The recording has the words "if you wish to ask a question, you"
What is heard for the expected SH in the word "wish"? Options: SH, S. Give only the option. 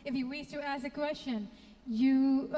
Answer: S